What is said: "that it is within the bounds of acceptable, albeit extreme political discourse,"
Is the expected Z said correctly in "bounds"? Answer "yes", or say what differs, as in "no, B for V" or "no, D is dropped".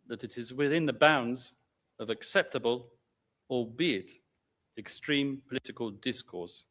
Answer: yes